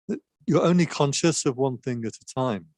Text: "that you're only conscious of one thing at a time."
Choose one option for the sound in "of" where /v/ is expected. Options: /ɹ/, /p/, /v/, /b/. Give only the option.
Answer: /v/